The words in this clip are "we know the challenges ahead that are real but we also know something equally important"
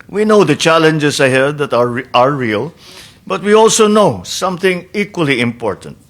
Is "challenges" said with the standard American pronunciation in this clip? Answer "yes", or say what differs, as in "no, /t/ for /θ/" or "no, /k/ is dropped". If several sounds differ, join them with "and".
no, /s/ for /z/